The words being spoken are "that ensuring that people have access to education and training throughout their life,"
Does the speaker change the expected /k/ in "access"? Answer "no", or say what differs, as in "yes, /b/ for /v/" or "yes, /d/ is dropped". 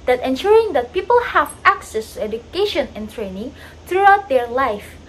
no